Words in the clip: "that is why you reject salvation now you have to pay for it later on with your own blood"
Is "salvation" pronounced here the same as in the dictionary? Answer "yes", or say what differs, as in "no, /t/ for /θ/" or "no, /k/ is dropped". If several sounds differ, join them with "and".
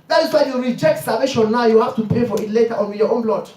no, /l/ is dropped